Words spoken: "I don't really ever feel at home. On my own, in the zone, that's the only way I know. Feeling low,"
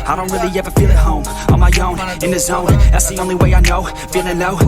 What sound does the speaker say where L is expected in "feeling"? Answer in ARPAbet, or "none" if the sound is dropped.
N